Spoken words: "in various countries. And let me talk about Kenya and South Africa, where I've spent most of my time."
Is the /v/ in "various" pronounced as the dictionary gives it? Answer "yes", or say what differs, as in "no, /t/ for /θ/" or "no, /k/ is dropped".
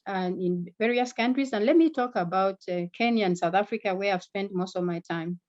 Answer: yes